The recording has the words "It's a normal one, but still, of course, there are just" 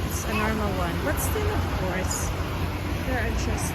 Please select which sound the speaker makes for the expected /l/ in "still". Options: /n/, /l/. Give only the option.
/n/